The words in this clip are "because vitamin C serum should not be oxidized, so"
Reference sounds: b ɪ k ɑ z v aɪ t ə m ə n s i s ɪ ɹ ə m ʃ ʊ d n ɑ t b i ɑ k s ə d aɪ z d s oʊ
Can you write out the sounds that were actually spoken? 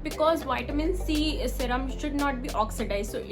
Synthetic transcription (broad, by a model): b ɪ k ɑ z v aɪ t ə m ə n s i s ɪ ɹ ə m ʃ ʊ d n ɑ t b i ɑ k s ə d aɪ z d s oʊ